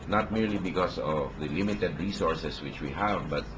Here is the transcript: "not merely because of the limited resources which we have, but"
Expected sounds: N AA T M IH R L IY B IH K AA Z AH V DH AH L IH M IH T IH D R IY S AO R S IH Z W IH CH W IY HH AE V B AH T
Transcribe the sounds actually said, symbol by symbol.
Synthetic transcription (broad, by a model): N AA T M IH R L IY B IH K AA S AH V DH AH L IH M IH T IH D R IY S AO R S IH S W IH CH W IY HH AE V B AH T